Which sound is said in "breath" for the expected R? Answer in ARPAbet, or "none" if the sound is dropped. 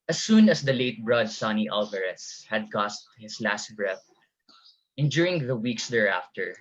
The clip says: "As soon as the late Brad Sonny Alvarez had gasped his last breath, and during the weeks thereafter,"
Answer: R